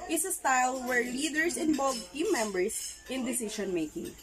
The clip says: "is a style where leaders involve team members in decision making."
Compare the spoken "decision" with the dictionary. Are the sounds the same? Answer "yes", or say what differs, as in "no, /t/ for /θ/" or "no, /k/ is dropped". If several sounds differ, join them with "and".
no, /ʃ/ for /ʒ/